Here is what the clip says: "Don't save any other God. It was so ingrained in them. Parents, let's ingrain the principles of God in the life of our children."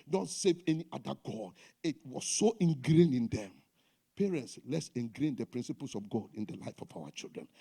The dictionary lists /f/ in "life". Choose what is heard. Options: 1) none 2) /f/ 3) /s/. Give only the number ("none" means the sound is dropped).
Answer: 2